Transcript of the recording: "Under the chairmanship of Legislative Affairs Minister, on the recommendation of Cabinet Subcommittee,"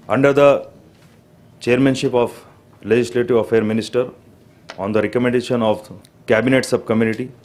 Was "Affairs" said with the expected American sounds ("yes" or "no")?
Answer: no